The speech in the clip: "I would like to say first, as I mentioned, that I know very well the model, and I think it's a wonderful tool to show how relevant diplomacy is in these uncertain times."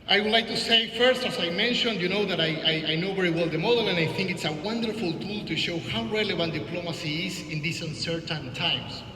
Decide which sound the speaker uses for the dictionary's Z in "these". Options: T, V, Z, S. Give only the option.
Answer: S